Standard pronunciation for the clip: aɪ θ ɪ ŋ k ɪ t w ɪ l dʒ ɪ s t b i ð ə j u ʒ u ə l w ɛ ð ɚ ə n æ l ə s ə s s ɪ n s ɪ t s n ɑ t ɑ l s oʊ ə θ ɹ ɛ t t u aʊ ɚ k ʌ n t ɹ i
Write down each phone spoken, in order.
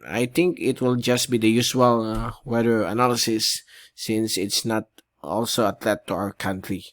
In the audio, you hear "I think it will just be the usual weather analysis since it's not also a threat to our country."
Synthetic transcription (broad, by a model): aɪ t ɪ ŋ k ɪ t w ɪ l dʒ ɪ s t b i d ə j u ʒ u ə l w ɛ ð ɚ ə n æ l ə s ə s s ɪ n s ɪ t s n ɑ t ɑ l s oʊ ə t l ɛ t t u aʊ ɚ k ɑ n t ɹ i